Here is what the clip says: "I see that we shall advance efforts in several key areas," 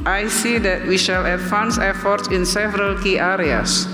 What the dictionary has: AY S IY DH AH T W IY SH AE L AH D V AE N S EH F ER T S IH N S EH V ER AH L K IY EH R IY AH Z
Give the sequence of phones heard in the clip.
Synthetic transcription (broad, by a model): AY S IY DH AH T W IY SH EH L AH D F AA N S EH F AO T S IH N S EH V ER AH L K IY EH R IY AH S